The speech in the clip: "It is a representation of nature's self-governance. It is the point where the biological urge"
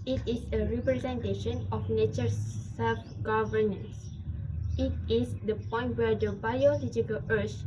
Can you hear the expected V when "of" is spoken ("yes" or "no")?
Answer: no